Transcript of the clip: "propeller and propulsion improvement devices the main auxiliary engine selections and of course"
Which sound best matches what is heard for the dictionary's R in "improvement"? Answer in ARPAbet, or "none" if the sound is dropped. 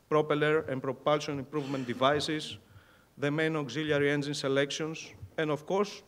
R